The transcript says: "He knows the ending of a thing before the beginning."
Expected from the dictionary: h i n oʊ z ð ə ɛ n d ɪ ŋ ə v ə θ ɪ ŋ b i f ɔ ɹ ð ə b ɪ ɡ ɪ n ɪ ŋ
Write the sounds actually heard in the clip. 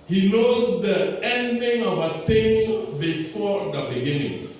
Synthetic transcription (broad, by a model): h i n oʊ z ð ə ɛ n d ɪ ŋ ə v ə t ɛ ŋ b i f ɔ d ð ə b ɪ ɡ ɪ n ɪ ŋ